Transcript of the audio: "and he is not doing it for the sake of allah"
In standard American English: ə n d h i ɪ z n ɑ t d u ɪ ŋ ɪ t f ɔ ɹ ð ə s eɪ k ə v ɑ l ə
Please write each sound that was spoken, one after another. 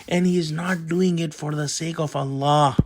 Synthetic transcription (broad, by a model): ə n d h i ɪ z n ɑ t d u ɪ ŋ ɪ t f ɔ ɹ ð ə s eɪ k ə v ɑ l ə